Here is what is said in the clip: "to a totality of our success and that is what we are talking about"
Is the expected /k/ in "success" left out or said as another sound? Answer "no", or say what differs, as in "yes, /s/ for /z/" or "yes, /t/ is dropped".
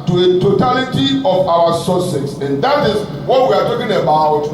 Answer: yes, /k/ is dropped